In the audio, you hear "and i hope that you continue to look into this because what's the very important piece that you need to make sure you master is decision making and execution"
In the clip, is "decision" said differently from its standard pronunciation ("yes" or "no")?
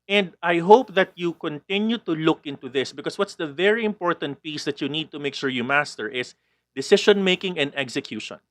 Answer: yes